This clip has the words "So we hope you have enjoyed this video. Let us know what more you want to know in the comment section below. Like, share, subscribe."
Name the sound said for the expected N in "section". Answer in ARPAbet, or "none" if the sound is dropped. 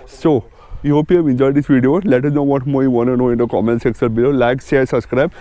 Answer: L